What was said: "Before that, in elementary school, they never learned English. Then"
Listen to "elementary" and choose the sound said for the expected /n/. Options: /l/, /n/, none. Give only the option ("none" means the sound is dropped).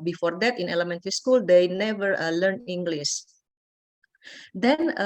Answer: /n/